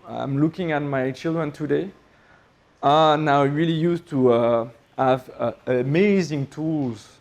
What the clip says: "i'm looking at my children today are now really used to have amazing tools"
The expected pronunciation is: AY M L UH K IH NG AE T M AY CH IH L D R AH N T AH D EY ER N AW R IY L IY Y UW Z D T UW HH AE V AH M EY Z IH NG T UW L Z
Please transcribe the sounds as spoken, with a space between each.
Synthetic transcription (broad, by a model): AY M L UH K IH NG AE T M AY CH IH L D R AH N T AH D EY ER N AW R IY L IY Y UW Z T UW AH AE V AH M EY Z IH NG T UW L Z